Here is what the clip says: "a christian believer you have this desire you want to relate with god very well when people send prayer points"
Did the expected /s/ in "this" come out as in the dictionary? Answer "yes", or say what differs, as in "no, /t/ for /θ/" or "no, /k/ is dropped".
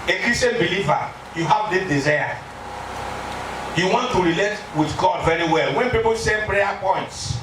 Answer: no, /s/ is dropped